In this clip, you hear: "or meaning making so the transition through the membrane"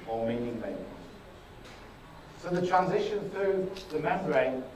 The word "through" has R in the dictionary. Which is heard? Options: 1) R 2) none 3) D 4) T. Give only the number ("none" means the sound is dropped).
1